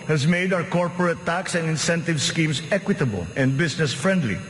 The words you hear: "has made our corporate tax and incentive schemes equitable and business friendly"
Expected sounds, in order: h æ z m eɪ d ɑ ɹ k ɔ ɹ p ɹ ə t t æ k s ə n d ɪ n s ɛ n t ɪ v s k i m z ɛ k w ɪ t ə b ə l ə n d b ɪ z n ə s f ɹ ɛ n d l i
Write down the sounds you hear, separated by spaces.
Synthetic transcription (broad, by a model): h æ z m eɪ d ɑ w k ɔ ɹ p ɹ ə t t æ k s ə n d ɪ n s ɛ n t ɪ v s k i m s ɛ k w ɪ t ə b ə l ə n d b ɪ s n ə s f ɹ ɛ n d l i